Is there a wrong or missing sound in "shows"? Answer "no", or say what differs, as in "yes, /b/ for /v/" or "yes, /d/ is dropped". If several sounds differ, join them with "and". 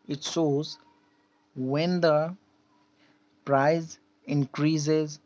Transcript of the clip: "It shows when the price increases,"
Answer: yes, /s/ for /ʃ/